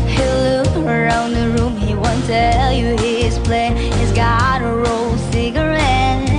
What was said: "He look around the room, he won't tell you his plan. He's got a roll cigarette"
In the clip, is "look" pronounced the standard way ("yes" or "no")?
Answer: no